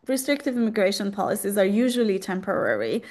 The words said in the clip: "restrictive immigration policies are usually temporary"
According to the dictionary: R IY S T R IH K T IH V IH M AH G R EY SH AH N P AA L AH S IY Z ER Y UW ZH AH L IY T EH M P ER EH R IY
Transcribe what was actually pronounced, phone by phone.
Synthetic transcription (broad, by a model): R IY S T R IH K T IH V IH M AH G R EY SH AH N P AA L AH S IY Z ER Y UW ZH AH L IY T EH M P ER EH R IY